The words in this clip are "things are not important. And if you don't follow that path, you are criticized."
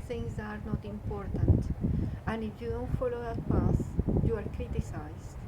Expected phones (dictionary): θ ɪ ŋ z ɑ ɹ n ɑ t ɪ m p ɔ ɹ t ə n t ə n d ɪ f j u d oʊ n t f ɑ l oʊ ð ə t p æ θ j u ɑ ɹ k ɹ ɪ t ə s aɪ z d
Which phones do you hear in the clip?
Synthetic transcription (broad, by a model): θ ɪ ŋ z ɑ ɹ n ɑ t ɪ m p ɔ ɹ t ə n t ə n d ɪ f j u d oʊ n t f ɑ l oʊ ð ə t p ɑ s j u ɑ ɹ k ɹ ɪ t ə s aɪ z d